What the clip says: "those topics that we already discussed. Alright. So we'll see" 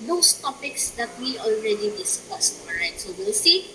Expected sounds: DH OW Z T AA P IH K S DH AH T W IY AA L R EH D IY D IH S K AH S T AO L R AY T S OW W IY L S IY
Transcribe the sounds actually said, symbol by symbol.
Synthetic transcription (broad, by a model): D OW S T AA P IH K S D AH T W IY AA L R EH D IY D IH S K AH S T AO R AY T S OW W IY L S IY